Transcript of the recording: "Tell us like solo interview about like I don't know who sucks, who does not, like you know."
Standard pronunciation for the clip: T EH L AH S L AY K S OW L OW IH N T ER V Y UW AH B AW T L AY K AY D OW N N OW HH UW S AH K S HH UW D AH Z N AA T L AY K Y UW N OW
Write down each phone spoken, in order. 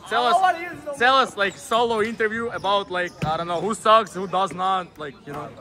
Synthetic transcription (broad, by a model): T EH L AH S L AY K S OW L OW IH N T ER V Y UW AH B AW T L AY K AY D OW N N OW HH UW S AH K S HH UW D AH Z N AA T L AY K Y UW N OW